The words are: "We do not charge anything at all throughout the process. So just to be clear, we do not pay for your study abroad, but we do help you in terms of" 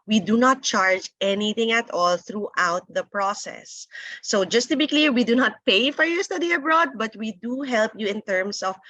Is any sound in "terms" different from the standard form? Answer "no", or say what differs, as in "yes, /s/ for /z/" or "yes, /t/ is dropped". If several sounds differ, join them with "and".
yes, /s/ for /z/